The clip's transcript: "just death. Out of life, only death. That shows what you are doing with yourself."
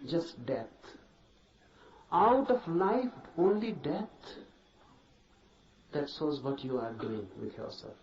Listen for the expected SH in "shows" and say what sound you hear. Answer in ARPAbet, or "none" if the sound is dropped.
S